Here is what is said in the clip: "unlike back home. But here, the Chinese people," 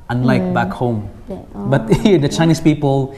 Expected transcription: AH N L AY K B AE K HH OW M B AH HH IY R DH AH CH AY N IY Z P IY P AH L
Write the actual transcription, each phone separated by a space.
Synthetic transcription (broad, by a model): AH N L AY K B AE K HH OW M B AH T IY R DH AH CH AY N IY S P IY P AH L